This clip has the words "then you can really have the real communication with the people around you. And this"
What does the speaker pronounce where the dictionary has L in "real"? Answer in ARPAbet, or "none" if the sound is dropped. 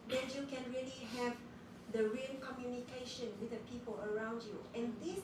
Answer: N